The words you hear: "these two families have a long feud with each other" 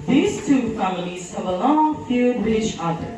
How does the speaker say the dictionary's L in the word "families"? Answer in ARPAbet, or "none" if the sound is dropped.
L